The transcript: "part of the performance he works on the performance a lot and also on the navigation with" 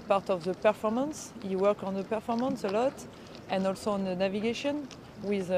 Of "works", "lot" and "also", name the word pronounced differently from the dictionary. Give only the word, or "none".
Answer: works